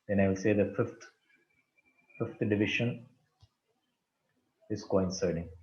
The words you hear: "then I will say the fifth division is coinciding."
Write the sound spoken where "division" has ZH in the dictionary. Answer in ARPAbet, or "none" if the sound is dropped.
SH